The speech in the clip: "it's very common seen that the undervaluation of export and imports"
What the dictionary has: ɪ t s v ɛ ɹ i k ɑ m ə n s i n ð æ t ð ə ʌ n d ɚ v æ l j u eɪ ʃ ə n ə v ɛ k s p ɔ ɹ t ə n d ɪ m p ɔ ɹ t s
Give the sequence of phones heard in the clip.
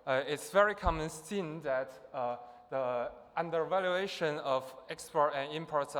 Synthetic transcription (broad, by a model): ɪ t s v ɛ ɹ i k ɑ m ə n s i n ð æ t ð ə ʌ n d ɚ v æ l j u eɪ ʃ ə n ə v ɛ k s p ɔ ɹ t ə n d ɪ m p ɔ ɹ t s